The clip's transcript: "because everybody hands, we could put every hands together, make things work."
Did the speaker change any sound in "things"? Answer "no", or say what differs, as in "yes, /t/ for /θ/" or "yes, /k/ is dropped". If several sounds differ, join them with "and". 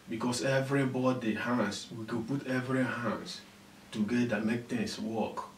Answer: yes, /t/ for /θ/ and /s/ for /z/